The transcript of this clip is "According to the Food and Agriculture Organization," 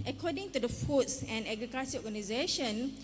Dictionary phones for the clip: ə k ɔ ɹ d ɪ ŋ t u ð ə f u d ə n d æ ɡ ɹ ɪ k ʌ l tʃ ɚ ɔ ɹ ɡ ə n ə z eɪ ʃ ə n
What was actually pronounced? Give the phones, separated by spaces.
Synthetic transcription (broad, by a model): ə k ɔ d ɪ ŋ t u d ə f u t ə n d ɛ ɡ ɹ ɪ k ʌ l s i ɔ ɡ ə n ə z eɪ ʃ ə n